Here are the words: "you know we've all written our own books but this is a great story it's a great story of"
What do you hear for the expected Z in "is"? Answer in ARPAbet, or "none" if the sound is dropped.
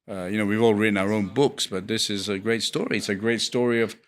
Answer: Z